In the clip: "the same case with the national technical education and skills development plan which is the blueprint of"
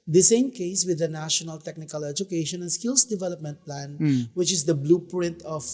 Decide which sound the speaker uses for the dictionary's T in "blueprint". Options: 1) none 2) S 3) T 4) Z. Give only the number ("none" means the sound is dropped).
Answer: 3